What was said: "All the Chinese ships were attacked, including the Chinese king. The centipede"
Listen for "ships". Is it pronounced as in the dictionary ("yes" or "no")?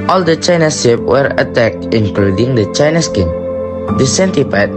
no